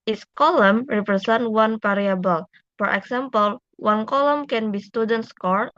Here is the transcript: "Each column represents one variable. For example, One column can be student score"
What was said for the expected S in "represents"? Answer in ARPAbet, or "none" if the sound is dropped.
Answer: none